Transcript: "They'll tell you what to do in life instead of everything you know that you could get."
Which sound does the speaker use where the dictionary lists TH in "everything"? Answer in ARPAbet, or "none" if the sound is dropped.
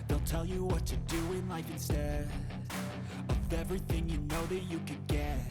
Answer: TH